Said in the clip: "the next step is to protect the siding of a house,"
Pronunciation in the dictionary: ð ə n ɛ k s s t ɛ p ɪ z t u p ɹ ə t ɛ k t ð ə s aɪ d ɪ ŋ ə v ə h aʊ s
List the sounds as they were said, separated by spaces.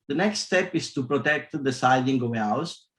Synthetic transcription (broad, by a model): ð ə n ɛ k s s t ɛ p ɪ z t u p ɹ ə t ɛ k t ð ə s aɪ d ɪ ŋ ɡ ə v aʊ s